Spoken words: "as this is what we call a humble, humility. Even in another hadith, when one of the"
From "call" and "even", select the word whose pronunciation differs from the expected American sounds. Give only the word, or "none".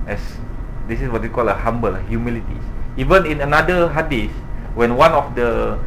none